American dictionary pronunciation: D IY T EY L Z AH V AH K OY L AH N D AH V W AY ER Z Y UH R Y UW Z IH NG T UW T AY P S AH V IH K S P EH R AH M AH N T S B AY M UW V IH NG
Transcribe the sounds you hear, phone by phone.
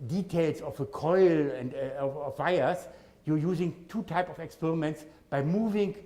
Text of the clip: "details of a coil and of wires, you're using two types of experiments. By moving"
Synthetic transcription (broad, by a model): D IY T EY L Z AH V AH K OY L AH N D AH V AY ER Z Y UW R Y UW Z IH NG T UW T AY P AH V IH K S P EH R AH M AH N T S B AY M UW V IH NG